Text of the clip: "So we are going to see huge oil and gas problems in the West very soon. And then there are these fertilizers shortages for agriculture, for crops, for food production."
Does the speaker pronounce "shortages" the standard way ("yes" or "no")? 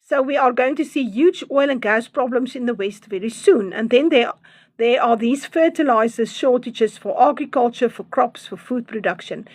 yes